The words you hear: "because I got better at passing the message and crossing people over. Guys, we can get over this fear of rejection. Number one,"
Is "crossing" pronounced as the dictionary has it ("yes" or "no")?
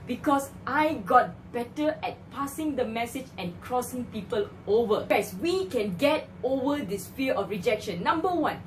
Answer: yes